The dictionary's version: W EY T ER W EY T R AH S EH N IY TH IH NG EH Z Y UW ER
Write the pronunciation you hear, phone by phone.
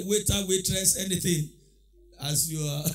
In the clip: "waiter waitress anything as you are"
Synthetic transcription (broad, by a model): W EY T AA W EY T R AH S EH N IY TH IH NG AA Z Y UW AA